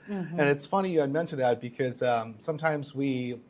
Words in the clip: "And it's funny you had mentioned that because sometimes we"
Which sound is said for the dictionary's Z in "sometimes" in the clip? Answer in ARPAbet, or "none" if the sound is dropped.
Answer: Z